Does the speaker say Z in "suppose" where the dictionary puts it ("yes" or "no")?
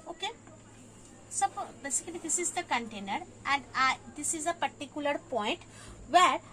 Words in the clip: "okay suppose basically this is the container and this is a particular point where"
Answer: no